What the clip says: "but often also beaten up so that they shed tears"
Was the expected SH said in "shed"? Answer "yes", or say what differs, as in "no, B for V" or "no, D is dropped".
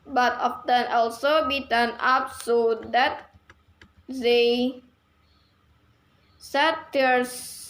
no, S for SH